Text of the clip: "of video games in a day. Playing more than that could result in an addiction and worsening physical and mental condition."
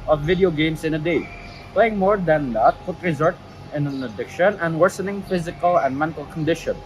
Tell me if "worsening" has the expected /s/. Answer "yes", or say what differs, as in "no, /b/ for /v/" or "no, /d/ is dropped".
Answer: yes